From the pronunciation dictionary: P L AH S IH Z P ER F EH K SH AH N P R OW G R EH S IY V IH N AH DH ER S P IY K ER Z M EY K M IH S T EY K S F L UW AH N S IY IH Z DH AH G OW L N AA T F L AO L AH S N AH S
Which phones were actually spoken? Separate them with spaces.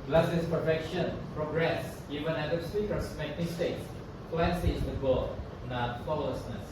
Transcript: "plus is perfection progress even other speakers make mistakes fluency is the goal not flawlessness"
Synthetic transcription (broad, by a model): L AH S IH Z P ER F EH K SH AH N P R OW G R EH S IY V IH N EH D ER S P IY K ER S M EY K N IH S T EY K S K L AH S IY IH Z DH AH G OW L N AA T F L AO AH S N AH S